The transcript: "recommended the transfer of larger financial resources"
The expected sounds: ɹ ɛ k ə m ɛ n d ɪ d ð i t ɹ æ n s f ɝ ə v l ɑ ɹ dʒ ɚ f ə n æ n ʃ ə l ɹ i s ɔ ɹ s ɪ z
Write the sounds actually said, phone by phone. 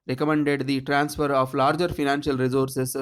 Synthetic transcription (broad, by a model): ɹ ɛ k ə m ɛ n d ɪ d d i t ɹ æ n s f ɝ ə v l ɑ ɹ dʒ ɚ f ə n æ n ʃ ə l ɹ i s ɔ ɹ s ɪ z